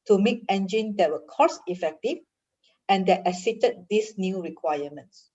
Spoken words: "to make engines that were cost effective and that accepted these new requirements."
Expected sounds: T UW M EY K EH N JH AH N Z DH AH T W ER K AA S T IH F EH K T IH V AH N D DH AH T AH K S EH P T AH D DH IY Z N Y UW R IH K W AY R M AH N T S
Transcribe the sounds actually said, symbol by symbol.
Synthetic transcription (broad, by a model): T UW M EY K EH N JH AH N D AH T W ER K AA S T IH F EH K T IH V AH N D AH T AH S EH T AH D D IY S N Y UW R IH K W AY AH M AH N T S